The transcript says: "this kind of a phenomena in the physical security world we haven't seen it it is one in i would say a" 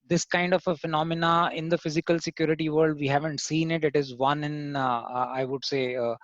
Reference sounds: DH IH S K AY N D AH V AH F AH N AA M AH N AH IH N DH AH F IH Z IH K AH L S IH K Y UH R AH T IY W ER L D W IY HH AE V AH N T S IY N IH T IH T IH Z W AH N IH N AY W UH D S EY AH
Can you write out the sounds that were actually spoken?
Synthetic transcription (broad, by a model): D IH S K AY N D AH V AH F AH N AA M AH N AH IH N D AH F IH Z IH K AH L S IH K Y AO R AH T IY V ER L D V IY HH AE V AH N T S IY N IH T IH T IH Z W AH N IH N AY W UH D S EY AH